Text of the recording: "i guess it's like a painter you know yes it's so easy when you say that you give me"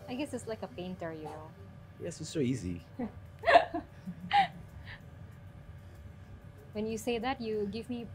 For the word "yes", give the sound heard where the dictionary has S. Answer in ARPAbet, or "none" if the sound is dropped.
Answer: S